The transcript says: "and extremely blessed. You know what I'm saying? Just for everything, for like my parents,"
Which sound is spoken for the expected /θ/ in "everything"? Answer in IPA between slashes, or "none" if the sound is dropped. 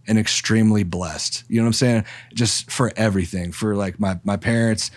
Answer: /θ/